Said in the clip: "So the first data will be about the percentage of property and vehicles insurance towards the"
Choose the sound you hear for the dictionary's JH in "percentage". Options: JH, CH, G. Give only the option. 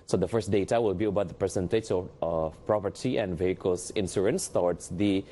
CH